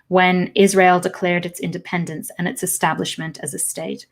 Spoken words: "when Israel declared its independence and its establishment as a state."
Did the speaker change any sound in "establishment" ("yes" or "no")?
no